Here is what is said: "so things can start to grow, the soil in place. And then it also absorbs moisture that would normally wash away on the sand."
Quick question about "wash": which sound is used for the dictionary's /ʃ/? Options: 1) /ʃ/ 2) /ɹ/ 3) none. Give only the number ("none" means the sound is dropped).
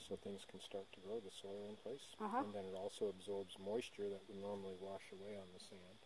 1